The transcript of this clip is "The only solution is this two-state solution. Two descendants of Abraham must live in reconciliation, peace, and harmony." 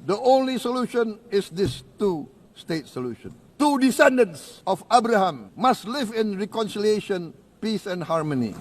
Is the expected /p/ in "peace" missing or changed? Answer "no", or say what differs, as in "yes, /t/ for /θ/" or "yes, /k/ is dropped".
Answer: no